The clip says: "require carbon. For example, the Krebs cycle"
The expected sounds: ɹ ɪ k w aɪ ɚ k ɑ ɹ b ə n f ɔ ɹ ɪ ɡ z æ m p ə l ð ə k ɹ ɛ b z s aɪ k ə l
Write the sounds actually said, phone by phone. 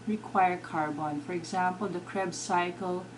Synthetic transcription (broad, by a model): ɹ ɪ k w aɪ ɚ k ɑ ɹ b ə n f ɔ ɹ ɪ ɡ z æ m p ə l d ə k ɹ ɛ b s aɪ k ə l